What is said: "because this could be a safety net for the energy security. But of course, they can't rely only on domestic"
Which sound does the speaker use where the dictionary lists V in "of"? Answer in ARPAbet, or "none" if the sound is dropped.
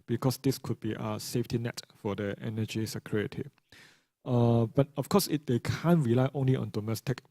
F